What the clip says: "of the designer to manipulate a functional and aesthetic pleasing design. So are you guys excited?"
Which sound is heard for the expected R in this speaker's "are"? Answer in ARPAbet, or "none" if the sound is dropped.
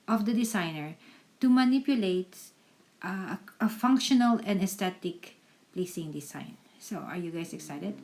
R